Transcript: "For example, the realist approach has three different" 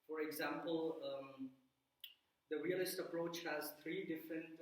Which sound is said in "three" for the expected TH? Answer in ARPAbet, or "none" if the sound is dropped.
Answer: T